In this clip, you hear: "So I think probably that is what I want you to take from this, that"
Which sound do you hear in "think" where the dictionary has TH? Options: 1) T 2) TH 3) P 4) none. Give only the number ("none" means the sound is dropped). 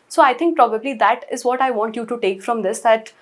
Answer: 1